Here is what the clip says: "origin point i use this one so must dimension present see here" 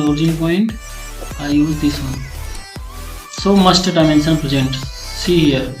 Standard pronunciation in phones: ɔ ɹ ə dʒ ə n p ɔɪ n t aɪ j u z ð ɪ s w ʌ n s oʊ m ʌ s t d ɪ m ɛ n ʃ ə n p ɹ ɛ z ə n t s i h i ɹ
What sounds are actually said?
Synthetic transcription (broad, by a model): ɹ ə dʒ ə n p ɔɪ n t aɪ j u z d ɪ s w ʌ n s oʊ m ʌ s t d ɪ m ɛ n s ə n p ɹ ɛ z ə n t s i h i ɹ